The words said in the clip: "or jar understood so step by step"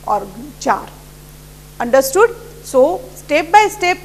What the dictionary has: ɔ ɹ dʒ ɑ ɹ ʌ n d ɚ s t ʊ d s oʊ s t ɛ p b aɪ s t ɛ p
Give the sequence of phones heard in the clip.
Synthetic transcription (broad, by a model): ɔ ɹ tʃ ɑ ɹ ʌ n d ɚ s t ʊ d s oʊ s t ɛ p b aɪ s t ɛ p